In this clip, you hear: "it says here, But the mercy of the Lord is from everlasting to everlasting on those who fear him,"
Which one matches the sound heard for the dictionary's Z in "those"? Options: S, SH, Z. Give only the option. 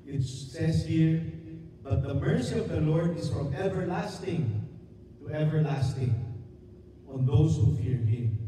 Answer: S